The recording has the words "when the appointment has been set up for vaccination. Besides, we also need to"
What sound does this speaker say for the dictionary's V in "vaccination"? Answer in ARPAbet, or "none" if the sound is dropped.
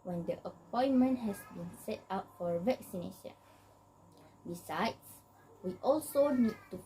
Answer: V